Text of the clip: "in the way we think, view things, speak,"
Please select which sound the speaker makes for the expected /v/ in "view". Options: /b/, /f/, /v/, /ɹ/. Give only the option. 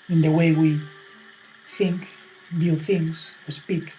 /b/